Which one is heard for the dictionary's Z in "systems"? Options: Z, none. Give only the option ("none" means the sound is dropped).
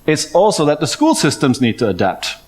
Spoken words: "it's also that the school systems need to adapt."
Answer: Z